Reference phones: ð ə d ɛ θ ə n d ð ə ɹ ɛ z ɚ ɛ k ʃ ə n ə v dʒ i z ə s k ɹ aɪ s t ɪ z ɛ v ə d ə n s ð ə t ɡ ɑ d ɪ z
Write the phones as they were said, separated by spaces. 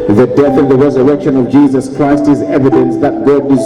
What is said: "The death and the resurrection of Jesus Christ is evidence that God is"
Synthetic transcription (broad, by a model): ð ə d ɛ θ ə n ð ə ɹ ɛ z ɚ ɛ k ʃ ə n ə v dʒ i z ə s k ɹ aɪ s t ɪ z ɛ v ə d ə n s ð ə t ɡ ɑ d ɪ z